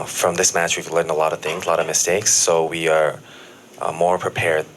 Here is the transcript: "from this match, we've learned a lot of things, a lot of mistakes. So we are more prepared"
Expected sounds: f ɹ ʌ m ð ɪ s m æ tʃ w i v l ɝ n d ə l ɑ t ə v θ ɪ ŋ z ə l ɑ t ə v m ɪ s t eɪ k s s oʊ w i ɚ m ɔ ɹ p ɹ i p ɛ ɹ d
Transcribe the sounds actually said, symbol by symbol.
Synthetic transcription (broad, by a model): f ɹ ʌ m ð ɪ s m æ tʃ w i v l ɝ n ə l ɑ t ə v θ ɪ ŋ z l ɑ t ə v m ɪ s t eɪ k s s oʊ w i ɚ m ɔ ɹ p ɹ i p ɛ ɹ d